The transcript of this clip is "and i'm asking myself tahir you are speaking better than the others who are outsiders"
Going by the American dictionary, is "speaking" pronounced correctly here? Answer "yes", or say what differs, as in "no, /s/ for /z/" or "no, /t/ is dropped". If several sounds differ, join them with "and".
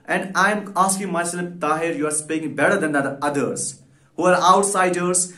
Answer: no, /k/ is dropped